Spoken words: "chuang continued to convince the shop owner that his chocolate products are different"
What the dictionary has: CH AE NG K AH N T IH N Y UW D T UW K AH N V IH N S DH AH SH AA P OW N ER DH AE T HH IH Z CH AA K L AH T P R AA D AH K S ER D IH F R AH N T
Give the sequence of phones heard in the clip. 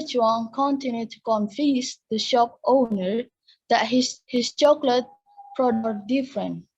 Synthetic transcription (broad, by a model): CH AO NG K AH N T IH N Y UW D T UW K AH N F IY S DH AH SH AA P OW N ER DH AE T HH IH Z CH AA K L AH T P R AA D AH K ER D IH F R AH N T